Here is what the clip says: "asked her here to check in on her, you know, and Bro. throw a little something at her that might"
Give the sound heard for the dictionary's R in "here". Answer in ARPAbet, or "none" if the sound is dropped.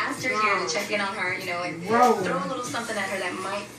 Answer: R